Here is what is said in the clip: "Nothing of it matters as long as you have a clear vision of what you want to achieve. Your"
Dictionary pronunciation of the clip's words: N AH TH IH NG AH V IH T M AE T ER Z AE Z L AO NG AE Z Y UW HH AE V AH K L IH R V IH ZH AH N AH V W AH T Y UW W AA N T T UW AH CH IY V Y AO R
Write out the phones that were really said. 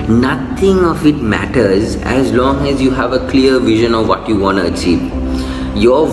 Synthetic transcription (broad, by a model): N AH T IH NG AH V IH T M AE T ER Z AE Z L AO NG AE Z Y UW HH AE V AH K L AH R V IH ZH AH N AH V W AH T Y UW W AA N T T UW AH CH IY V Y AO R